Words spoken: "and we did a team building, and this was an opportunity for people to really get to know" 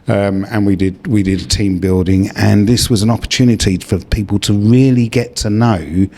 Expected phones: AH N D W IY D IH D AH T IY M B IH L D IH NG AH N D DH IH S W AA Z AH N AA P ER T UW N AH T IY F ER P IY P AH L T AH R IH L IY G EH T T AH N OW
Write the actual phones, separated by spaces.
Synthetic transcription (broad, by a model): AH N D W IY D IH D AH T IY M B IH L D IH NG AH N DH IH S W AA Z AH N AA P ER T UW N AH T IY F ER P IY P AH L T AH R IH L IY G EH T T AH N OW